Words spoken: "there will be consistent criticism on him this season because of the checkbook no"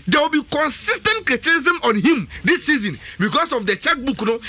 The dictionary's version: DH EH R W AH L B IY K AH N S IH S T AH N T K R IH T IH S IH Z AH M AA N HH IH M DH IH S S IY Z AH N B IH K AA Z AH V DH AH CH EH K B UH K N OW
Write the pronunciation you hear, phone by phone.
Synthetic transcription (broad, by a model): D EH W AH L B IY K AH N S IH S T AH N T K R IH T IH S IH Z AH M AA N HH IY M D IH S S IY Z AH N B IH K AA S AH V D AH CH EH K B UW K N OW